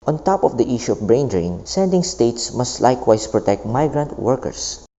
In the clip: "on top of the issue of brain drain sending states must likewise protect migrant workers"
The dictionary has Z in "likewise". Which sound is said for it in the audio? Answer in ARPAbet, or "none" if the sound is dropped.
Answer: S